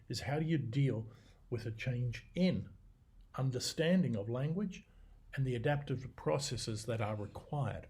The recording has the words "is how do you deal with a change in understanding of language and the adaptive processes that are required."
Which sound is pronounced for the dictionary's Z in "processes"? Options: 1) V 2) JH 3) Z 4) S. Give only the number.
3